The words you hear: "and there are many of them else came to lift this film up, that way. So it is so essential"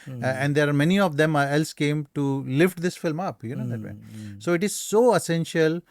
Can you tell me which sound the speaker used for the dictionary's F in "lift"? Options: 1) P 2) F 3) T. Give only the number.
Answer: 2